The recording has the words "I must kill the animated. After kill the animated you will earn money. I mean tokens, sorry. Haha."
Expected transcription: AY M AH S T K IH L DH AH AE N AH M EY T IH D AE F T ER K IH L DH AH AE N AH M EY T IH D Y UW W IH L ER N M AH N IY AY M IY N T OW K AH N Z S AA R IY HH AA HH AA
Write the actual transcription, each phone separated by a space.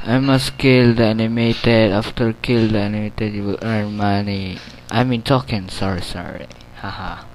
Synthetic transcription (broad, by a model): AY M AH S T K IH L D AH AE N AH M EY T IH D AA F T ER K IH L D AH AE N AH M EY T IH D Y UW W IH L ER N M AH N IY AY M IY N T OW K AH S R S AA R IY HH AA HH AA